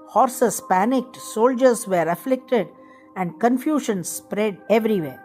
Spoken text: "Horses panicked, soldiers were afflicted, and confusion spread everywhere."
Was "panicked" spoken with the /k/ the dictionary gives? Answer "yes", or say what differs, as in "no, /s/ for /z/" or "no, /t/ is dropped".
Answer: yes